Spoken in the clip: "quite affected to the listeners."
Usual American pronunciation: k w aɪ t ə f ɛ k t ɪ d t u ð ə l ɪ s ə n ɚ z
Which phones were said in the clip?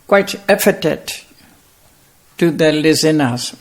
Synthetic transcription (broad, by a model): k w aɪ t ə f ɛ t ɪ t t u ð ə l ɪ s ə n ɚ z